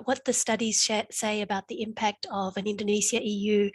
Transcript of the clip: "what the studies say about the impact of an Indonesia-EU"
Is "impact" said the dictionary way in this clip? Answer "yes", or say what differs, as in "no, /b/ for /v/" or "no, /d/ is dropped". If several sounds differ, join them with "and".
yes